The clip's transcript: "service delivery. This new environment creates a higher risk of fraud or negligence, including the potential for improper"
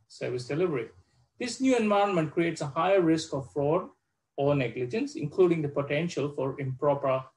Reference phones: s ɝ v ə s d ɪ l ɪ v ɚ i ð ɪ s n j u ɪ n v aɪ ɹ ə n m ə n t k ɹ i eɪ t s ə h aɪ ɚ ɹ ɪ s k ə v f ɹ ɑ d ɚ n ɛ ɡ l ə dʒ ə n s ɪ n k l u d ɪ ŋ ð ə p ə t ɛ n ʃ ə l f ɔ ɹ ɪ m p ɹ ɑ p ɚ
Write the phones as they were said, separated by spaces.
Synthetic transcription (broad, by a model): s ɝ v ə s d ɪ l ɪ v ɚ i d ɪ s n j u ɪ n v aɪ ə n m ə n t k ɹ i eɪ t s ə h aɪ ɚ ɹ ɪ s k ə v f ɹ ɑ d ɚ n ɛ ɡ l ə dʒ ə n s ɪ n k l u d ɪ ŋ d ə p ə t ɛ n ʃ ə l f ɔ ɹ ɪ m p ɹ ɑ p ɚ